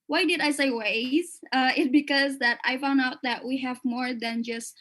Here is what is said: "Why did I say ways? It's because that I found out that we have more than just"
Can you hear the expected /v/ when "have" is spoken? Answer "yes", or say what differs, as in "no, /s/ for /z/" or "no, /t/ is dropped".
yes